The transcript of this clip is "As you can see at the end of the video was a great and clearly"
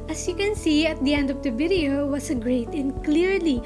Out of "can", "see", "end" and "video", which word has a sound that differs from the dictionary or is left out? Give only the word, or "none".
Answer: video